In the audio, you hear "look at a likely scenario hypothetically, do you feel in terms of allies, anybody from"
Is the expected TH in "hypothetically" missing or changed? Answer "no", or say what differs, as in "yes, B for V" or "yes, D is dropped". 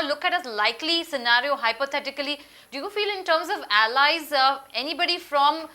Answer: yes, T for TH